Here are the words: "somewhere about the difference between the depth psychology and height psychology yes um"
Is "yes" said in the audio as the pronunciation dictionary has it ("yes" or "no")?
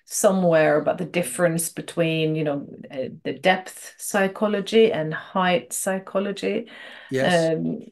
no